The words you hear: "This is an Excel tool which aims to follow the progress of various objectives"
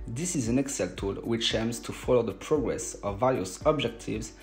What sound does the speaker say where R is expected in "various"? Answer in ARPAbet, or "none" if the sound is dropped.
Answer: L